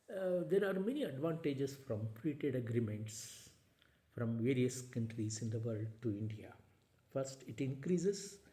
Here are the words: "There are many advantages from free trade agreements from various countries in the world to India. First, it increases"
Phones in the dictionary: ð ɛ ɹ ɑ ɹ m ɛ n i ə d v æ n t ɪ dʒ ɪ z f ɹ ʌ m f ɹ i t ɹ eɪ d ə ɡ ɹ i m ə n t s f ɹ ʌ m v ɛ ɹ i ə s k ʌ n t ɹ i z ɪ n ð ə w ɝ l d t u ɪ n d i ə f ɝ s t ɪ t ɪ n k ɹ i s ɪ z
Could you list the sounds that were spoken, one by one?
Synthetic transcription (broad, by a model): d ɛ ɹ ɑ ɹ m ɛ n i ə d v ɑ n t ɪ dʒ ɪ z f ɹ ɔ m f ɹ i t eɪ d ə ɡ ɹ i m ə n t s f ɹ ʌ m v ɛ ɹ i ə s k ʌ n t ɹ i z ɪ n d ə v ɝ l d t u ɪ n d i ə f ɝ s t ɪ t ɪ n k ɹ i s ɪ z